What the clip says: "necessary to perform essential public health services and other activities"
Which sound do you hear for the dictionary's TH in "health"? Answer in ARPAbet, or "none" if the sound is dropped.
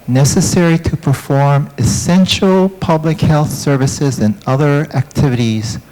TH